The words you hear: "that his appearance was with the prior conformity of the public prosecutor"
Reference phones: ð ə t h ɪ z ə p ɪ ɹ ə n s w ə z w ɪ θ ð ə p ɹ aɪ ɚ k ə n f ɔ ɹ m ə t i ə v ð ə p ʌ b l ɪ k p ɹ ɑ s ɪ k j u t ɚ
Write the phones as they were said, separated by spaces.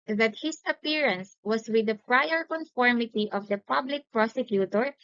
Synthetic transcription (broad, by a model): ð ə t h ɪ s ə p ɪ ɹ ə n s w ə s w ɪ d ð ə p ɹ aɪ ɚ k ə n f ɔ ɹ m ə t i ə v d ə p ʌ b l ɪ k p ɹ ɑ s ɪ k j u t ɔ